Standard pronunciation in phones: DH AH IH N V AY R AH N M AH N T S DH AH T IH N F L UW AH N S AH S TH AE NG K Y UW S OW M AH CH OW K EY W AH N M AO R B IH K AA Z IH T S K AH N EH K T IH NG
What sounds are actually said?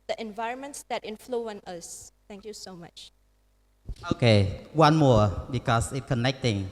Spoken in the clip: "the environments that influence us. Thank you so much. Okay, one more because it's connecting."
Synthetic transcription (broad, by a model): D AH IH N V AY R AH N M AH N T S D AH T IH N F L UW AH N AH S T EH NG K Y UW S OW M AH CH OW K EY W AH N M AO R B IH K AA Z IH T K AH N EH K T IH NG